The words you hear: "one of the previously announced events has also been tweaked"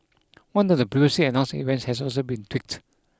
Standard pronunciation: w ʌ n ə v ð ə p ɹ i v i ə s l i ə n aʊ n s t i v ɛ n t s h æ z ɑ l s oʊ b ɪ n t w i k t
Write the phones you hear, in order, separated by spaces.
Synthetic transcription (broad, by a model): w ʌ n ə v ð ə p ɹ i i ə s i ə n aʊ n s i v ɛ n t s h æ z ɑ l s oʊ b ɪ n t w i k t